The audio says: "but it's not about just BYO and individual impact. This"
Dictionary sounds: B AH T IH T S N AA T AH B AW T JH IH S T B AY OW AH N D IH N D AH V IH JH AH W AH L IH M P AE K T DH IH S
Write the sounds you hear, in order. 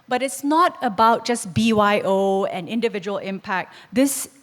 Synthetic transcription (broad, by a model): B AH T IH T S N AA T AH B AW T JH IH S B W AY OW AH N IH N D AH V IH JH AH W AH L IH M P AE K T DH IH S